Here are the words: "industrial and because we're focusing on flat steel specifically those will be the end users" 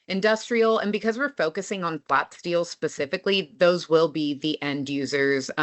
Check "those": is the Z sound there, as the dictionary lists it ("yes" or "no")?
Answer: yes